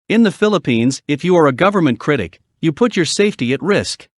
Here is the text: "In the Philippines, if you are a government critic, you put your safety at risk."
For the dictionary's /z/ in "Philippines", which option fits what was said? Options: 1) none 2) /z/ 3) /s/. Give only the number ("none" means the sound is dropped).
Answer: 2